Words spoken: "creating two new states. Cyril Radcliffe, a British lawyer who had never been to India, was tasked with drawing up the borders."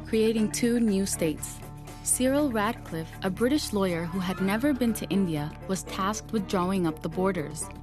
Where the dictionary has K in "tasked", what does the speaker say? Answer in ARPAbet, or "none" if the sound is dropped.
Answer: K